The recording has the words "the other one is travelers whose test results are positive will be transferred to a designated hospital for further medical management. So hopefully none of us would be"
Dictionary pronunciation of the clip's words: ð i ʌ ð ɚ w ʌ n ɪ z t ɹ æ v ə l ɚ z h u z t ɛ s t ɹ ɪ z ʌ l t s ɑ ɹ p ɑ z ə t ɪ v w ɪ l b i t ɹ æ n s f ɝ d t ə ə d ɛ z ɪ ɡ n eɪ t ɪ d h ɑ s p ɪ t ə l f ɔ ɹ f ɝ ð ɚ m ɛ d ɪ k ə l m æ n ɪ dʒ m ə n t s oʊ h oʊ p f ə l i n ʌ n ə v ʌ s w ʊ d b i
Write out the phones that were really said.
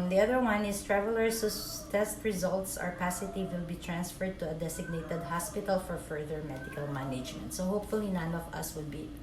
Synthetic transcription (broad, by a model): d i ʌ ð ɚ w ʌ n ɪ s t ɹ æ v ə l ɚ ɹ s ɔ t ɛ s t ɹ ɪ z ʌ l t s ɑ ɹ p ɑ s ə t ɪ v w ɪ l b i t ɹ æ n s f ɝ d t ə ə d ɛ s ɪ ɡ n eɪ t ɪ d h ɑ s p ɪ t ə l f ɔ ɹ f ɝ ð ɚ m ɛ d ɪ k ə l m æ n ɪ dʒ m ə n t s oʊ h oʊ p f ə l i n ʌ n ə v ʌ s w ʊ d b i